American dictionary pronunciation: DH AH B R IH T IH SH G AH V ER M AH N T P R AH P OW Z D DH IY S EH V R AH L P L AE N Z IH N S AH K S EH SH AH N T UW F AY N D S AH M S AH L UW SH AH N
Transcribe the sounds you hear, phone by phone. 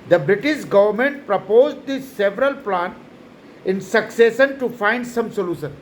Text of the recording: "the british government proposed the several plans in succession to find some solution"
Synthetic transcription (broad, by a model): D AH B R IH T IH SH G AH V ER M AH N T P R AH P OW Z D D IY S EH V R AH L P L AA N IH N S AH K S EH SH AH N T UW F AY N D S AH M S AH L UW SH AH N